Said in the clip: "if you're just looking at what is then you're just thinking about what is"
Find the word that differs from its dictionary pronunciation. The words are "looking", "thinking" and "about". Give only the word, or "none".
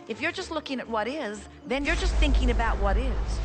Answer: none